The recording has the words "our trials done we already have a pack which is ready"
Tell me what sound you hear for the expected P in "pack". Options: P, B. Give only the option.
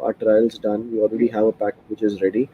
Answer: P